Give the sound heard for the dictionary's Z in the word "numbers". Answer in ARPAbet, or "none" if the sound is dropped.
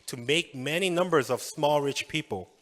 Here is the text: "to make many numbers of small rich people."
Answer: Z